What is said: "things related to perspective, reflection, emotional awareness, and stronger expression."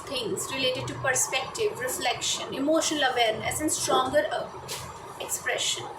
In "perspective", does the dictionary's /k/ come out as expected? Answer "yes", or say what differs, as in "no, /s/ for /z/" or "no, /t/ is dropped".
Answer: yes